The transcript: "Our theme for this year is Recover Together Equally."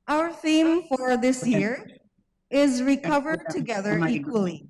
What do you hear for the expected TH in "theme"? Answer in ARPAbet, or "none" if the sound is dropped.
TH